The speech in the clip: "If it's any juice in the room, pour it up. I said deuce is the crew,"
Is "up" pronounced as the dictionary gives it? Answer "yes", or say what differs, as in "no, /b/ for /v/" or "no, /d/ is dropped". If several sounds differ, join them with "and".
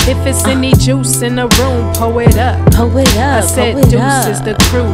yes